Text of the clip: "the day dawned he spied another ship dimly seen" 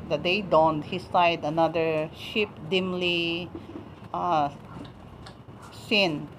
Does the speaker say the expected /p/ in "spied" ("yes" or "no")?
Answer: no